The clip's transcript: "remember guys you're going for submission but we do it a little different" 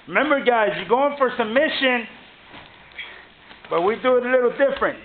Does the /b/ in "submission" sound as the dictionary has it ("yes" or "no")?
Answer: no